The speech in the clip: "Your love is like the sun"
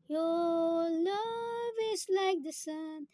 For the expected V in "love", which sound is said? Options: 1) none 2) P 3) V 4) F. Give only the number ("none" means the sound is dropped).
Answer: 3